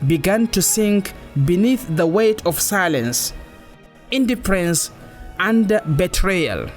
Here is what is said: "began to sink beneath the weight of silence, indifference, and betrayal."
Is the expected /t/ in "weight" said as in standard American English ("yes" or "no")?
yes